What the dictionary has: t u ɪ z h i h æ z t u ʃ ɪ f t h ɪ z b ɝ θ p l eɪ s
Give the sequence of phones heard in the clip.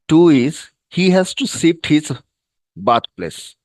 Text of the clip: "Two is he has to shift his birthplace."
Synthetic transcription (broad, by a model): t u ɪ z h i h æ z t u s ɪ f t h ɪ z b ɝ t p l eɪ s